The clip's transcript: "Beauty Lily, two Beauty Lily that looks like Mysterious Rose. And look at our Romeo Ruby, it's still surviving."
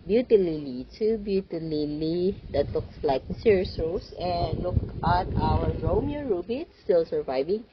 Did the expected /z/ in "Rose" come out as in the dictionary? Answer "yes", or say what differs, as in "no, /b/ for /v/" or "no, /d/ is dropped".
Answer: no, /s/ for /z/